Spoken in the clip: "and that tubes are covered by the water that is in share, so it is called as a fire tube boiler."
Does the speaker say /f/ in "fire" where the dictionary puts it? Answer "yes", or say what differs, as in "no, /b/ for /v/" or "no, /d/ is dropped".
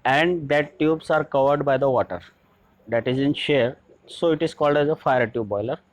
yes